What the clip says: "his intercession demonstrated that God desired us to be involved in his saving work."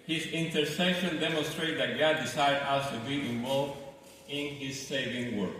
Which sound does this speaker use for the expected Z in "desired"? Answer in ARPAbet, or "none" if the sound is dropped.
S